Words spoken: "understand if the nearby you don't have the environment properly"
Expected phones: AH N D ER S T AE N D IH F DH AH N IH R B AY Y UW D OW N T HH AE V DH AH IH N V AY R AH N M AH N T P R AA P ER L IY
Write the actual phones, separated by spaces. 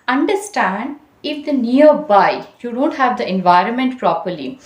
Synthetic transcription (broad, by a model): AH N D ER S T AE N D IH F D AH N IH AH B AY Y UW D OW N T HH AE V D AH IH N V AY R AH N M AH N T P R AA P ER L IY